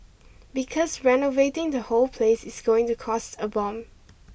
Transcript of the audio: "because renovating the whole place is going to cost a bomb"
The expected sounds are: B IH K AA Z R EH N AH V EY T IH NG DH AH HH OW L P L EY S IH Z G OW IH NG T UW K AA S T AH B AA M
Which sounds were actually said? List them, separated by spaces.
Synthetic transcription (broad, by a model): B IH K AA S R EH N AH V EY T IH NG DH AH HH OW L P L EY S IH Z G OW IH NG T UW K AA S T AH B AA M